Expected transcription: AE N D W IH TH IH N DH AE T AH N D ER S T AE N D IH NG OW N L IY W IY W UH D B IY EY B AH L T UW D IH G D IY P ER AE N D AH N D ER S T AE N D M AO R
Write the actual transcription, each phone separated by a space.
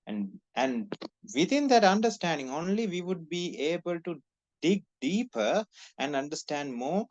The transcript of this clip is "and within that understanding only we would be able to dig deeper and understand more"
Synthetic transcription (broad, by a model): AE N D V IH T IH N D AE T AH N D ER S T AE N D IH NG OW N L IY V IY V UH D B IY EY B AH L T UW D IH G D IY P ER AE N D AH N D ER S T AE N D M AO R